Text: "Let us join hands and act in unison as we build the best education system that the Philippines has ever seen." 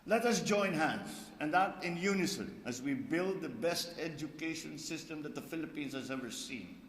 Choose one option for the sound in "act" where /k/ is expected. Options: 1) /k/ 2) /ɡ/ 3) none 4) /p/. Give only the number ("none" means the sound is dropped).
3